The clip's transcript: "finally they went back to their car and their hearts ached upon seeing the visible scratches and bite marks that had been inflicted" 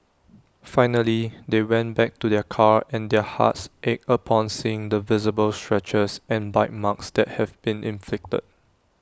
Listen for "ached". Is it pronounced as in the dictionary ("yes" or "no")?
no